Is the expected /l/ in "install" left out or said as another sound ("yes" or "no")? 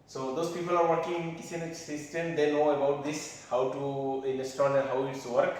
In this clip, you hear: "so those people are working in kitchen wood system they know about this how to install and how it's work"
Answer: yes